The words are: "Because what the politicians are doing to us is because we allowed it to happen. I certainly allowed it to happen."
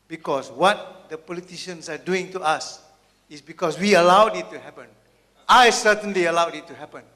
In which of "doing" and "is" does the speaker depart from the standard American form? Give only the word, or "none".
is